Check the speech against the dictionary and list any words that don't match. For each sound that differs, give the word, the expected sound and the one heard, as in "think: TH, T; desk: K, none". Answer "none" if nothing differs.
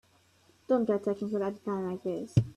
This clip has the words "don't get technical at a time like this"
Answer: technical: N, none